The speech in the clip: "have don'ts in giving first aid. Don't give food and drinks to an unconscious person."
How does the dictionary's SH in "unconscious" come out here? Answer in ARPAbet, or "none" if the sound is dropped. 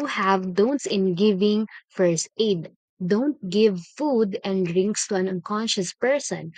SH